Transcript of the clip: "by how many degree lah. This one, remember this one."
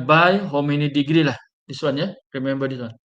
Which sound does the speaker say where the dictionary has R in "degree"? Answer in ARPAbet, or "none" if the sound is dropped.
R